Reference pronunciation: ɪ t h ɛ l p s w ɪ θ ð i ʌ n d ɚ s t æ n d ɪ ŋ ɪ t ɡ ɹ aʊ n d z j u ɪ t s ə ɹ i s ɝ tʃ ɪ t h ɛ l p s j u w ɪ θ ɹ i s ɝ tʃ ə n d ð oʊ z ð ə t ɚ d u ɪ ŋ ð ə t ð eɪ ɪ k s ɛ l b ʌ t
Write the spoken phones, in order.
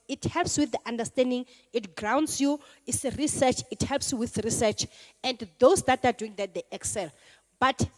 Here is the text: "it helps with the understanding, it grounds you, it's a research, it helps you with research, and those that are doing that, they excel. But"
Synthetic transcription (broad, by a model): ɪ t h ɛ l p s w ɪ θ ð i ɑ n d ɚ s t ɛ n d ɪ ŋ ɪ t ɡ ɹ aʊ n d s j u ɪ t s ɹ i s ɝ tʃ ɪ t h ɛ l p s j u w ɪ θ ɹ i s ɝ tʃ ə n d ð oʊ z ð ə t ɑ d u ɪ ŋ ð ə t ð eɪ ɪ k s ɛ l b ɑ t